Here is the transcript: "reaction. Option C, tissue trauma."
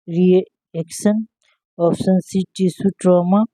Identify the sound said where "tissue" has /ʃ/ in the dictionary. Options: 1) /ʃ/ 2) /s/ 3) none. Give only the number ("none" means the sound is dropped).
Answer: 2